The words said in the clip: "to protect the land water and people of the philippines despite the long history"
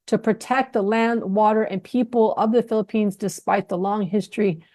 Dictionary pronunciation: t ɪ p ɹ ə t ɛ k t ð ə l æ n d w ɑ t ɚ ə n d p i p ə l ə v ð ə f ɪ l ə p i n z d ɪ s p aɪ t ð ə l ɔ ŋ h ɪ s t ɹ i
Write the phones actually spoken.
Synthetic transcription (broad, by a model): t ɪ p ɹ ə t ɛ k t ð ə l æ n d w ɑ t ɚ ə n p i p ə l ə v ð ə f ɪ l ə p i n z d ɪ s p aɪ t ð ə l ɔ ŋ h ɪ s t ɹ i